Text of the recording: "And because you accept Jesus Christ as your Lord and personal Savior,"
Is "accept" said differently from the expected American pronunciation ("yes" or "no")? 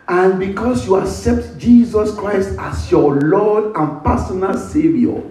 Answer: no